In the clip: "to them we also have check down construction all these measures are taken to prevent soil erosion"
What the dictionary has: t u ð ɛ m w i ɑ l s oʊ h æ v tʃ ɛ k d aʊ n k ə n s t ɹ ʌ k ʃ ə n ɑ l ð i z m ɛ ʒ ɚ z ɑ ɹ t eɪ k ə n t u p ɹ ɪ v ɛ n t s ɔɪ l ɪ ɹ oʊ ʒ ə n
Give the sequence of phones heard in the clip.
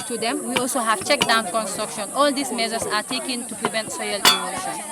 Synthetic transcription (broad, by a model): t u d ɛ m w i ɑ l s oʊ h æ v tʃ ɛ k d aʊ n k ə n s t ɹ ʌ k ʃ ə n ɑ l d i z m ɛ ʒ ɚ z ɑ ɹ t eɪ k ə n t u p ɹ ɪ v ɛ n t s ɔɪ l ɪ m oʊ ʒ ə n